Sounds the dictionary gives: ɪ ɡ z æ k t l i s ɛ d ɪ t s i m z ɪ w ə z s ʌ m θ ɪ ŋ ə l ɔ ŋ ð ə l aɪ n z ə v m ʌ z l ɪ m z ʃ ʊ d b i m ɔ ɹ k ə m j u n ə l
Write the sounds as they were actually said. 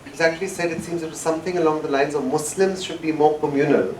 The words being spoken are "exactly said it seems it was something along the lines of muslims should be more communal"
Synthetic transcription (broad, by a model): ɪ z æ k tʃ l i s ɛ d ɪ t s i m z ɪ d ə s ʌ m θ ɪ ŋ ə l ɔ ŋ ð ə l aɪ n z ə v m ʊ s l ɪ m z ʃ ʊ d b i m ɔ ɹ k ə m j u n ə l